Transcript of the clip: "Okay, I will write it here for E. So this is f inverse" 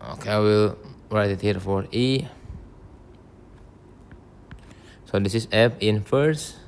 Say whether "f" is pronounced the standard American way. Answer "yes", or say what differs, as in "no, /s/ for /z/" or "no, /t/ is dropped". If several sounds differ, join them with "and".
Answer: no, /p/ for /f/